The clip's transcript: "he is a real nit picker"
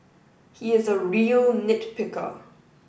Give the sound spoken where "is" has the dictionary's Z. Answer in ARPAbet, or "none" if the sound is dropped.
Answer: Z